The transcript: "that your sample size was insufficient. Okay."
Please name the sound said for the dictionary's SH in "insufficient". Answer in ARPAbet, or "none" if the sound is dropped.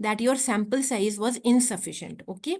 SH